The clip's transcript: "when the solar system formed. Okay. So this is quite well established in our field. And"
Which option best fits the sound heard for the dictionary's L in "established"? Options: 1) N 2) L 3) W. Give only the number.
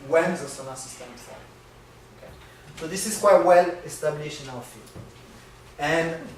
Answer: 1